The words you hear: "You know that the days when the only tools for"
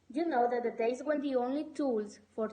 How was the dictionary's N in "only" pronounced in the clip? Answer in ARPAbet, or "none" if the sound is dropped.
N